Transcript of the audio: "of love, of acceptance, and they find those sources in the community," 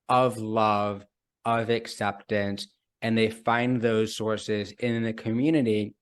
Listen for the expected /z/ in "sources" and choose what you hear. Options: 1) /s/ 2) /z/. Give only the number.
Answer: 2